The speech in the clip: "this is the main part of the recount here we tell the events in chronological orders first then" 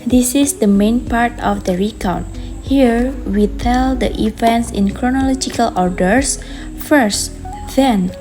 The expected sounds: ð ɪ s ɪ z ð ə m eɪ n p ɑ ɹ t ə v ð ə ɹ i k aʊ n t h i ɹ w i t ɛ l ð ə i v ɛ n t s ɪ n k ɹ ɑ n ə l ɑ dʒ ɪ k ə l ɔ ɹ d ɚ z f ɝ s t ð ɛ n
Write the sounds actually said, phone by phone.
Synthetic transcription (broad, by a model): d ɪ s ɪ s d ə m eɪ n p ɑ ɹ t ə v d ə ɹ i k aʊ t h i ɹ w i t ɛ l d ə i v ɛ n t s ɪ n k ɹ ɑ n ə l ɑ dʒ ɪ k ə l ɔ ɹ d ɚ s f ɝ s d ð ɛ n